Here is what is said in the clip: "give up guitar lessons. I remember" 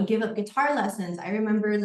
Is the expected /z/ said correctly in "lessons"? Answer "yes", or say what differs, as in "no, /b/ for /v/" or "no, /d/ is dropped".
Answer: yes